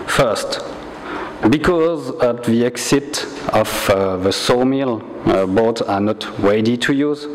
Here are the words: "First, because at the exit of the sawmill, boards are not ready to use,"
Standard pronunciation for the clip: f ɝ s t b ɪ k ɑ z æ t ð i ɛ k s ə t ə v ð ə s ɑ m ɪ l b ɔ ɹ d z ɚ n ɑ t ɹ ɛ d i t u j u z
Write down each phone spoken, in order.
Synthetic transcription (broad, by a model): f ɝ s t b ɪ k ɑ z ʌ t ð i ɛ k s ə t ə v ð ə s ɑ m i l b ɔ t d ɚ n ɑ t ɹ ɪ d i t u j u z